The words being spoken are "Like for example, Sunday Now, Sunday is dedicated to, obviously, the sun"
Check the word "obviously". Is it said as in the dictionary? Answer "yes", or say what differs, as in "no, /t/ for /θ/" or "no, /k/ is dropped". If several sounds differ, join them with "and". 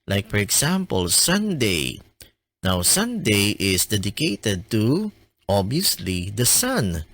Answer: no, /v/ is dropped